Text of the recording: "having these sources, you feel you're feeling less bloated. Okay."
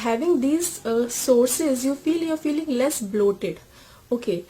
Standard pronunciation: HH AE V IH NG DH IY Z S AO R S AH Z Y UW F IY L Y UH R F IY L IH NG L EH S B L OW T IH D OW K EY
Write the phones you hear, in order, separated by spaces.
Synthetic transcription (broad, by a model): HH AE V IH NG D IY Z S AO R S AH Z Y UW F IY L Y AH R F IY L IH NG L EH S B L OW T IH D OW K EY